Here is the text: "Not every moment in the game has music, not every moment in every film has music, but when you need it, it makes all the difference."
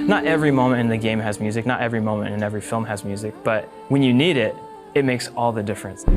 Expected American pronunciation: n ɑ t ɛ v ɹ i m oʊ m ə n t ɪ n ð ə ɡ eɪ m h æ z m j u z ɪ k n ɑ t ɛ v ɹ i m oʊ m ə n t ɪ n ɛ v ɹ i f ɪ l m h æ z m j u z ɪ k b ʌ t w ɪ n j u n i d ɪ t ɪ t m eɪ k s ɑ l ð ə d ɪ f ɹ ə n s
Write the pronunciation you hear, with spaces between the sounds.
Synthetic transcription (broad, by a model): n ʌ t ɛ v ɹ i m oʊ m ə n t ɪ n ð ə ɡ eɪ m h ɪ z m j u z ɪ k n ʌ t ɛ v ɹ i m oʊ m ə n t ɪ n ɛ v ɹ i f ɪ l m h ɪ z m j u z ɪ k b ʌ t w ɪ n j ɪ n i d ɪ t ɪ t m eɪ k s ɑ l ð ə d ɪ f ɹ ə n s